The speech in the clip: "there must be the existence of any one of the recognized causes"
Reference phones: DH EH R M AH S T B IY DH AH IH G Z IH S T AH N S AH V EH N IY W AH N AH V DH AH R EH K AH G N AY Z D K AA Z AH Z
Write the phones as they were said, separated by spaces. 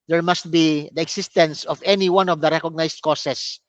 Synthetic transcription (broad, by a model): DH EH R M AH S T B IY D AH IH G S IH S T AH N S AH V EH N IY W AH N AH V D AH R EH K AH G N AY S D K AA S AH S